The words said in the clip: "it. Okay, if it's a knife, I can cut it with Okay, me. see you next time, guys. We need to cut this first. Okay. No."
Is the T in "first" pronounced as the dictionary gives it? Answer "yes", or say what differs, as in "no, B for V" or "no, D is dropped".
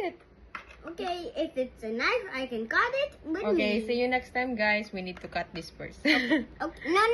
no, T is dropped